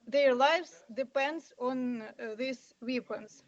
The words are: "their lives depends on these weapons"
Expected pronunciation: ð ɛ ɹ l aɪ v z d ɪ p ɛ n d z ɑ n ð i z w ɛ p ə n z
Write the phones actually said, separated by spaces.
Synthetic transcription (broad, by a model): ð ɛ ɹ l aɪ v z d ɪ p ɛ n d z ɑ n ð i s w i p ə n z